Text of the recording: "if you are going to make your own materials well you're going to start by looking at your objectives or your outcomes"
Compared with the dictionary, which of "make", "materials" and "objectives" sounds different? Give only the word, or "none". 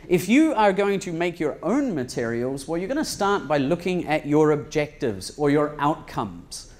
none